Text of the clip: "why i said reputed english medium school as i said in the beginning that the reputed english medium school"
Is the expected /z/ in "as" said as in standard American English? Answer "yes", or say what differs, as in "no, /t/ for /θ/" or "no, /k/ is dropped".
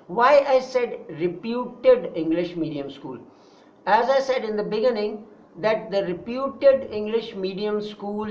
yes